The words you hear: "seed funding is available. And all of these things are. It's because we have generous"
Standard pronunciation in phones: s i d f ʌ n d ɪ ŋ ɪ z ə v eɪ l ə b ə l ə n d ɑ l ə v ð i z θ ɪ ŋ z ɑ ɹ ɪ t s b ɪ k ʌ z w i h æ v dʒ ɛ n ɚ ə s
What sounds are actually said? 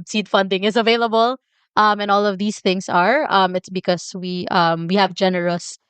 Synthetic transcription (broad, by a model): s i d f ʌ n d ɪ ŋ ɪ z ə v eɪ l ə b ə l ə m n ɑ l ə v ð i s θ ɪ ŋ s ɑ ɹ ɪ t s b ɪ k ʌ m w i h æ v dʒ ɛ n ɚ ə s